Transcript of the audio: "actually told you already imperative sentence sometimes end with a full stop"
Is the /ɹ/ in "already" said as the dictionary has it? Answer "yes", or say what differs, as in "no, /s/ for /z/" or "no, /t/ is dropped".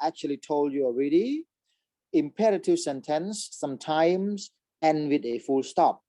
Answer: yes